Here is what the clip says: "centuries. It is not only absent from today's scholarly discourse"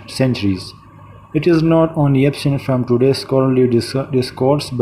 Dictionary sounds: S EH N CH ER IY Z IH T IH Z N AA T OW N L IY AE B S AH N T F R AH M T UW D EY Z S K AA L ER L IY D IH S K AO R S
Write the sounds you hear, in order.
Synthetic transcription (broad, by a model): S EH N CH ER IY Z IH T IH Z N AA T OW N L IY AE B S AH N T F R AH M T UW D EY S K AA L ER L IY D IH S K AO R S